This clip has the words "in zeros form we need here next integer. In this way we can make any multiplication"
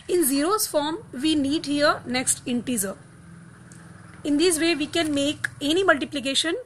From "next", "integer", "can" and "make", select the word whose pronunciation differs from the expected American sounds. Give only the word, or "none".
integer